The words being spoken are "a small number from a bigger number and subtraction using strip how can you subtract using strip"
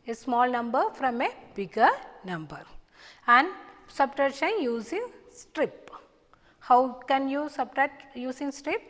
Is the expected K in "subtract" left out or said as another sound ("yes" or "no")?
yes